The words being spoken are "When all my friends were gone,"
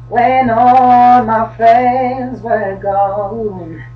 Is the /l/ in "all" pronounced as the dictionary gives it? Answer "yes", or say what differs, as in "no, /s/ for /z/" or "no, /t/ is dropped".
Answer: no, /n/ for /l/